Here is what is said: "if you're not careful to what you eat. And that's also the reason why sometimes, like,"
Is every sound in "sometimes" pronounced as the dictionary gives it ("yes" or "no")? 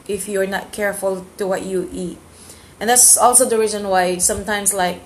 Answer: no